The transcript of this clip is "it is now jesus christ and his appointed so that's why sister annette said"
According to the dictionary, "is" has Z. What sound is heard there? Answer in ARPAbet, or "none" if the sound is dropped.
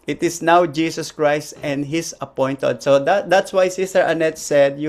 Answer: S